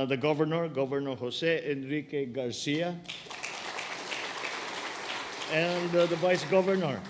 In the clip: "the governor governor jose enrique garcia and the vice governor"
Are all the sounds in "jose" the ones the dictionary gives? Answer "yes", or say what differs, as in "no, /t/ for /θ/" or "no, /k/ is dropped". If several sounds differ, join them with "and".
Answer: no, /s/ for /z/